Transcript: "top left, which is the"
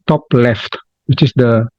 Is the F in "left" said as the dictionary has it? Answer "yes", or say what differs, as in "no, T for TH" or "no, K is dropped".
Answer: yes